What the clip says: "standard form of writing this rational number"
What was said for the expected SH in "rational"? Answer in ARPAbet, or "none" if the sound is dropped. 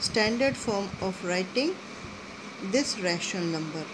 SH